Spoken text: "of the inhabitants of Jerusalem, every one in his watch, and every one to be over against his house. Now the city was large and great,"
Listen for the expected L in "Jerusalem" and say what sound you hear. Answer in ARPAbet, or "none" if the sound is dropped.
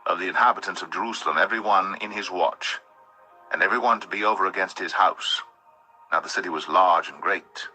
L